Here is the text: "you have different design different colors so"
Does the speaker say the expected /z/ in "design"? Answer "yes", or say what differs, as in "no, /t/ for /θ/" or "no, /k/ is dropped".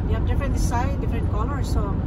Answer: no, /s/ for /z/